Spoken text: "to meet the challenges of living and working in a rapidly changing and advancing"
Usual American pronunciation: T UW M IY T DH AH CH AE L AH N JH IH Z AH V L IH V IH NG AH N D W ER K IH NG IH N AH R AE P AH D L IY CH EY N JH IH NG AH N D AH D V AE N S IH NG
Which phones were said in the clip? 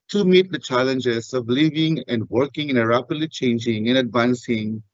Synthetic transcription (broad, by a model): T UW M IY T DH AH CH AE L AH N JH IH Z AH V L IH V IH NG AH N D W ER K IH NG IH N AH R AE P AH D L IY CH EY N JH IH NG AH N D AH D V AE N S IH NG